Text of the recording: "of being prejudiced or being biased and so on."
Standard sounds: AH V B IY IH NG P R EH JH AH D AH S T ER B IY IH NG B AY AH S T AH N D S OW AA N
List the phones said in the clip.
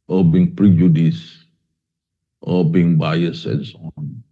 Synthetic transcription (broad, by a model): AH B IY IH NG P R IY JH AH D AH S T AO B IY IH NG B AY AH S AH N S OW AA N